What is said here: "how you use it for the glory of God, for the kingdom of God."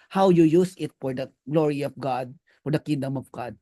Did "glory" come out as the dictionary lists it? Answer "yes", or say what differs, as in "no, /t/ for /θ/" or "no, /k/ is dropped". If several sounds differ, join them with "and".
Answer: yes